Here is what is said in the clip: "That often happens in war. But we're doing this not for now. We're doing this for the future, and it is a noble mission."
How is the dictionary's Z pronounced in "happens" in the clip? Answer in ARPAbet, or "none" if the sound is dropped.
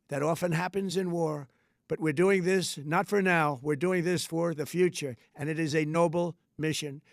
Z